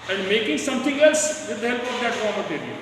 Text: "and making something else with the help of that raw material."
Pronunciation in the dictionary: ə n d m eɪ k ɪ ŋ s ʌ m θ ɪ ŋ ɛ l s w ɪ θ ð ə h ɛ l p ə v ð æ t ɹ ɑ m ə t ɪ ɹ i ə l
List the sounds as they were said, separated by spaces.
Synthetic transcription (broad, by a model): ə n d m eɪ k ɪ ŋ s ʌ m t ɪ ŋ ɛ l s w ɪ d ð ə h ɛ l p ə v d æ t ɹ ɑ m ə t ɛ ɹ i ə